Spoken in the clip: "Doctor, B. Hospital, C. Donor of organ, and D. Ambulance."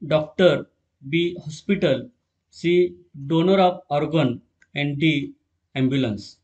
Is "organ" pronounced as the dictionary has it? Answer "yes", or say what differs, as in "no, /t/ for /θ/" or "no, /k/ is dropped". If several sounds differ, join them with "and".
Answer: yes